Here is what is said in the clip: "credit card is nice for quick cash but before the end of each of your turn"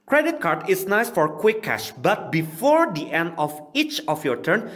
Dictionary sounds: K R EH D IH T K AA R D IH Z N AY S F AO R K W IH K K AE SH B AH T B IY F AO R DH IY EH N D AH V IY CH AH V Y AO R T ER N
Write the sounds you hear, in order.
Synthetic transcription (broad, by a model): K R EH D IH T K AA R D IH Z N AY S F AO R K W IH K K AE SH B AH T B IY F AO R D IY EH N D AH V IY CH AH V Y AO R T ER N